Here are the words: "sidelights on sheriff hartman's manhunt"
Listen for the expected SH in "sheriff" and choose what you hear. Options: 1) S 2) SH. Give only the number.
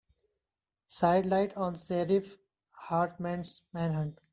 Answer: 1